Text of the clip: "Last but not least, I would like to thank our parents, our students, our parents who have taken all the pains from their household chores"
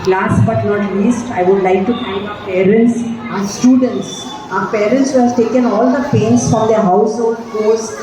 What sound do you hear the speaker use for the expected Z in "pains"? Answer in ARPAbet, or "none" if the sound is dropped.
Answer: S